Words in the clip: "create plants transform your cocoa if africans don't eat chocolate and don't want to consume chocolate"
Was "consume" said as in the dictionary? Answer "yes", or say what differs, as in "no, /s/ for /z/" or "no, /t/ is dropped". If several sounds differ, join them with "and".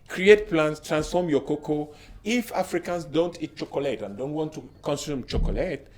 yes